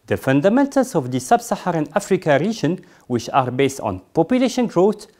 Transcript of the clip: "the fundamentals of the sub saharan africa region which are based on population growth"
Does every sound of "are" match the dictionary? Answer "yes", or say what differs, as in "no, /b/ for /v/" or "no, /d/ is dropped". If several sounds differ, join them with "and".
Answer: yes